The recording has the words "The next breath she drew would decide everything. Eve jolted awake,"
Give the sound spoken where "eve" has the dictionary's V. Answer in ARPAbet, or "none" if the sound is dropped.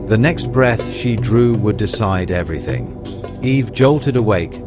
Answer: V